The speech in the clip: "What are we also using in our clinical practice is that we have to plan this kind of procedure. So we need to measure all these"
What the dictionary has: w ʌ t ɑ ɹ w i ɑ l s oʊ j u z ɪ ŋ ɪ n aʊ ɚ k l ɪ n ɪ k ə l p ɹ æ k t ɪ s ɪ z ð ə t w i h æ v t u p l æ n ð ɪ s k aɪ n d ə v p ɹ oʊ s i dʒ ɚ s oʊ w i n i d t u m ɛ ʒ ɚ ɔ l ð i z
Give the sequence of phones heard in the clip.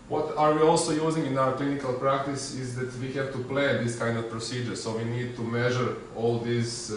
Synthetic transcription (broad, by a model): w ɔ t ɑ ɹ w i ɑ l s oʊ j u z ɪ ŋ ɪ n aʊ ɚ k l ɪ n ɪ k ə l p ɹ æ k t ɪ s ɪ z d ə t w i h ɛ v t u p l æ n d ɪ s k aɪ n d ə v p ɹ oʊ s i dʒ ɚ s oʊ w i n i d t u m ɛ ʒ ɚ ɔ l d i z